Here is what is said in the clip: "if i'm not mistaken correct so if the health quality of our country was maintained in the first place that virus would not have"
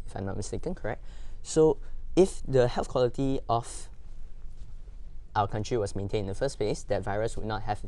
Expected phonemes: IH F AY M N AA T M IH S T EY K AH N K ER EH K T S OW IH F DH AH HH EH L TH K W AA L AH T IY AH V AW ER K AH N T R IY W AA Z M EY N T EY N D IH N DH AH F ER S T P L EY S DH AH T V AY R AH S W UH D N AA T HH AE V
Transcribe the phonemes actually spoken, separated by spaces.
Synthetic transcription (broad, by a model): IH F AY M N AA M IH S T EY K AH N K ER EH K T S OW IH F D AH HH EH L TH K W AA L AH T IY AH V AW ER K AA N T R IY W AA S M EY N T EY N IH N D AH F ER S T P L EY S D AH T V AY R AH S W UH D N AA T HH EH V